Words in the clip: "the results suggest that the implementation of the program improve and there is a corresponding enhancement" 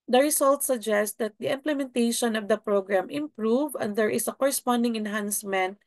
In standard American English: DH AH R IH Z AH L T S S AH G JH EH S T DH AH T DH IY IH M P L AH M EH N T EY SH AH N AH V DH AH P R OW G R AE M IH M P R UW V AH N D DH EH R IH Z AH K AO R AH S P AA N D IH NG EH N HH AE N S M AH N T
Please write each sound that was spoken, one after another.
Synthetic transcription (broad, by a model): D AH R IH S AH L T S S AH G JH EH S T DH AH T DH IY IH M P L AH M EH N T EY SH AH N AH V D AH P R OW G R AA M IH M P R UW V AH N D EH R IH S AH K AO R AH S P AA N D IH NG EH N HH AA N S M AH N T